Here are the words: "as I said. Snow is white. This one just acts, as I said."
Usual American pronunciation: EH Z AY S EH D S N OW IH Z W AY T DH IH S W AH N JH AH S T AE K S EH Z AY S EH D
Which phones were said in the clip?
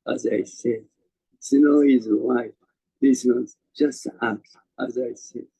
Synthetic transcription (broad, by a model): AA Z AY S EH D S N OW IH Z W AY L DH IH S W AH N JH AH S T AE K AA Z AY S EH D